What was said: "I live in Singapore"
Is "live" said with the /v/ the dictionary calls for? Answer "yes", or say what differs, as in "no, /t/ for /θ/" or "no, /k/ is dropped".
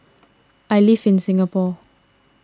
no, /f/ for /v/